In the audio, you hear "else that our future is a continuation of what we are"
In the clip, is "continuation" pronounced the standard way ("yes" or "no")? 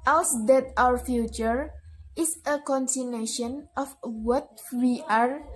no